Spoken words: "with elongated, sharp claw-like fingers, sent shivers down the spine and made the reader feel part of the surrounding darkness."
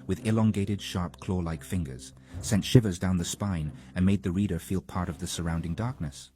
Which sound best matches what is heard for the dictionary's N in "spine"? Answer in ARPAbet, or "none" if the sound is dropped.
N